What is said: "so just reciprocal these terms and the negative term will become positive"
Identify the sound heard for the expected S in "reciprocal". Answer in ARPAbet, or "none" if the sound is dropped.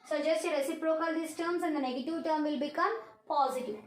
S